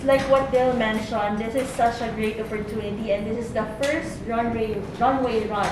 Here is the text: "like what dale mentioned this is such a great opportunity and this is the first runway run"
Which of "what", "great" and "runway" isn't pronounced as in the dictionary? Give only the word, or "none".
none